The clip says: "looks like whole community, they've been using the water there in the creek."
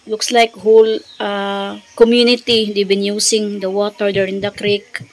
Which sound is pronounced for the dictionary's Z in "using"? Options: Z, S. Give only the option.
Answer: S